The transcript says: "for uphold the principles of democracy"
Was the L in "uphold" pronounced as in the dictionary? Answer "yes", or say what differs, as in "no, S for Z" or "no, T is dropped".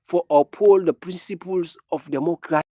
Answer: yes